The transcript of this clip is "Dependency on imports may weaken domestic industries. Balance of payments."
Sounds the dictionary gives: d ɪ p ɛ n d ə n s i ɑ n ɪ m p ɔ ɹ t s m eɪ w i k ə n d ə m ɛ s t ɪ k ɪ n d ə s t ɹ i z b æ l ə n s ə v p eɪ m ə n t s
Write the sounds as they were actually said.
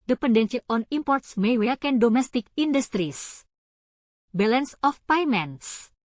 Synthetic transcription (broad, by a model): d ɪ p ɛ n d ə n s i ɑ n ɪ m p ɔ ɹ t s m eɪ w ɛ k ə n d ə m ɛ s t ɪ k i n d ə s t ɹ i s b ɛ l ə n s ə f p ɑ m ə n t s